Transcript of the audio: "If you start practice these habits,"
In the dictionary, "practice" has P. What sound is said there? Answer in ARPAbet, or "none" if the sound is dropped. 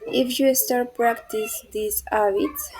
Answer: P